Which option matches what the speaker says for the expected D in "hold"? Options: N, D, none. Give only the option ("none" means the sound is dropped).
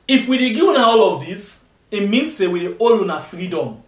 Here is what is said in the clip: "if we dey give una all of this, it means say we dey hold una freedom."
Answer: none